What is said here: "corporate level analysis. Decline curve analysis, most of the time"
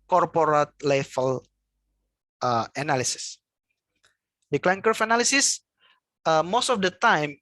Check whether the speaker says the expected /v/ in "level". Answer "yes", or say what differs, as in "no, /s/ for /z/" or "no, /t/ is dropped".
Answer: no, /f/ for /v/